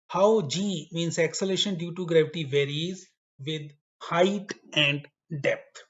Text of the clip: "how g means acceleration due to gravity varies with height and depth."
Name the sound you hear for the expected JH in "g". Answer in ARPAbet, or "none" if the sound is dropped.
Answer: JH